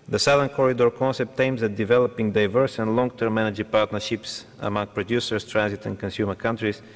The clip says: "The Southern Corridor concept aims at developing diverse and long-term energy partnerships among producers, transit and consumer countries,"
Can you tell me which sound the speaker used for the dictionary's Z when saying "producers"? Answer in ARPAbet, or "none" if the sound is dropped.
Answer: S